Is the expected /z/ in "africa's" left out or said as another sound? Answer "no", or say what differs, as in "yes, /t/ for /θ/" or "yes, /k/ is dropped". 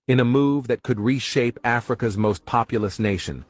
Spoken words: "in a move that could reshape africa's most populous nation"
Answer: no